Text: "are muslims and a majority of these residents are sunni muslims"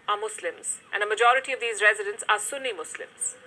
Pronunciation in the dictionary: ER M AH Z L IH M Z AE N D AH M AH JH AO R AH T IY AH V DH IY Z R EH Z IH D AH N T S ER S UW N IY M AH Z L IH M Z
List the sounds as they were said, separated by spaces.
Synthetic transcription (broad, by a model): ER M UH S L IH M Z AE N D AH M AH JH AO R AH T IY AH V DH IY Z R EH Z IH D AH N T S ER S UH N IY M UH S L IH M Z